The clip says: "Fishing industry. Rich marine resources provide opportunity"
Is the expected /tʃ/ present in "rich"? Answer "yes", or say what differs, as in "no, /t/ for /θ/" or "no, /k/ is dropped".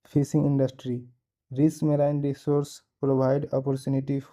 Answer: no, /s/ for /tʃ/